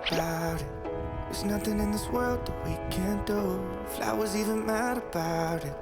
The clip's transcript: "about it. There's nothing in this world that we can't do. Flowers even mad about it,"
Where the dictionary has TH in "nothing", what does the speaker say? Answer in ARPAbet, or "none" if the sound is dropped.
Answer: TH